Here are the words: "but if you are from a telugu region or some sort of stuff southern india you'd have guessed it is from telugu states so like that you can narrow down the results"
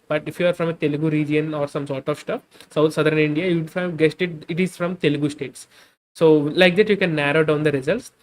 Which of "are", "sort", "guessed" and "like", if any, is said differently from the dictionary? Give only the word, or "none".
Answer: none